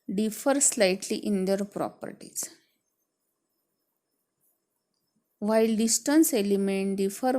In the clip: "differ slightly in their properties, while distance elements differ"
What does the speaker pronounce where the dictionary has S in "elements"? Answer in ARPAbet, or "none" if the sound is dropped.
none